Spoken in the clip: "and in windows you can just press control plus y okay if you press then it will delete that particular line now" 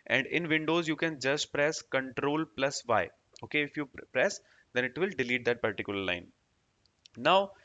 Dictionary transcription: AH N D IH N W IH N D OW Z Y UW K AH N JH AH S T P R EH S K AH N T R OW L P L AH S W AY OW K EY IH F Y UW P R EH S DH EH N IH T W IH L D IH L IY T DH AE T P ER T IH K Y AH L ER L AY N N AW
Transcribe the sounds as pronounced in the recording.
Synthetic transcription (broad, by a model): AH N D IH N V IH N D OW Z Y UW K AH N JH AH S T P R EH S K AH N T R OW L P L AH S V AY OW K EY IH F Y UW P R EH S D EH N IH T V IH L D IH L IY T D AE T P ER T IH K Y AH L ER L AY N N AW